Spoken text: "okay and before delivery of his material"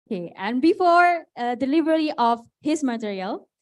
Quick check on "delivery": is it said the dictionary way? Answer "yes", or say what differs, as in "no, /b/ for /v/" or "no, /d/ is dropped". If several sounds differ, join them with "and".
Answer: no, /b/ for /v/